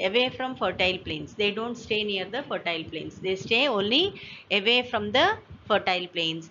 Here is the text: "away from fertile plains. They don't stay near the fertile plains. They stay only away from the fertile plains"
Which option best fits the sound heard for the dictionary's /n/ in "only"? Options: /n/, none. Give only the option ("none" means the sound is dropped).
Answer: /n/